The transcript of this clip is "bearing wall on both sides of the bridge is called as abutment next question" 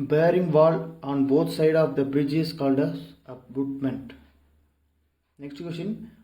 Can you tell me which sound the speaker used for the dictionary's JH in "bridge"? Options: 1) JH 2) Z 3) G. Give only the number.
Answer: 1